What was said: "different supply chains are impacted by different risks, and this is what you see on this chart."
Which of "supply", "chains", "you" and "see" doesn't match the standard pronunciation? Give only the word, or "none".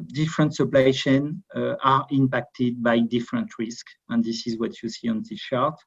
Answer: chains